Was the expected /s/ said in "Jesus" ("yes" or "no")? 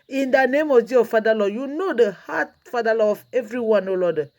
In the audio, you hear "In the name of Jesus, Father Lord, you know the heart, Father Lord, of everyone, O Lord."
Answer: no